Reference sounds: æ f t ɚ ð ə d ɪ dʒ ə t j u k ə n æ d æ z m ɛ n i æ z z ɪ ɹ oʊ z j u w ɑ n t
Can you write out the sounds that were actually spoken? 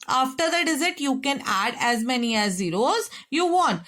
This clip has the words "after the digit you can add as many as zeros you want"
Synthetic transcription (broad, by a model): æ f t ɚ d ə d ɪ z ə t j u k ə n æ d æ z m ɛ n i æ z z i ɹ oʊ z j u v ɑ n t